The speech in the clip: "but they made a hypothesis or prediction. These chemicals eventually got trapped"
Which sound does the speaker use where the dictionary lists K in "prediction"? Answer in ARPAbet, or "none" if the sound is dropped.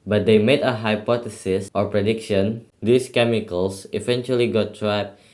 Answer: K